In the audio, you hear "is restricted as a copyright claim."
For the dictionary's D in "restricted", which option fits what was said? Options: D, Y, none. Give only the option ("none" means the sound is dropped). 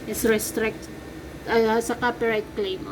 none